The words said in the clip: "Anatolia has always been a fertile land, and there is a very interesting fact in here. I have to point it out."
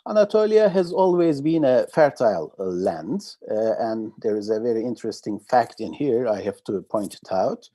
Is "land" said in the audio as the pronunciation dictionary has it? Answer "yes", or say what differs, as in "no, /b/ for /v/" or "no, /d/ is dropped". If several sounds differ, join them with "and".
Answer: yes